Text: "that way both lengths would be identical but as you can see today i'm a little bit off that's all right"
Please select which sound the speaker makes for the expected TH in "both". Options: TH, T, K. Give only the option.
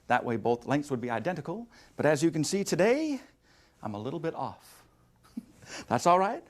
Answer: TH